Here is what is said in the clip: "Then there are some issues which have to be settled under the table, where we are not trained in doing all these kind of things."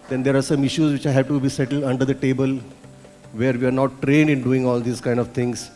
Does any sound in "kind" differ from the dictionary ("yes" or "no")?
no